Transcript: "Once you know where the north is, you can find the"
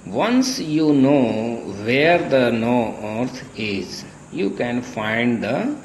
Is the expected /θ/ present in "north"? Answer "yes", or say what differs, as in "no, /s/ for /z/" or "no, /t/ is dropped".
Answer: no, /t/ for /θ/